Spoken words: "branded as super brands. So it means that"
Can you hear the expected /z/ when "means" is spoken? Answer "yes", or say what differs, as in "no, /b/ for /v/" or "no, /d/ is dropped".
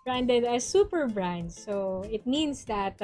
no, /s/ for /z/